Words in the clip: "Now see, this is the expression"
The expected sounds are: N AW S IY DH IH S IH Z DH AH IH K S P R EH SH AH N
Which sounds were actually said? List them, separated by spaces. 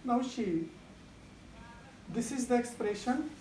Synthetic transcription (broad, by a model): N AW SH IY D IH S IH Z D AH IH K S P R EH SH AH N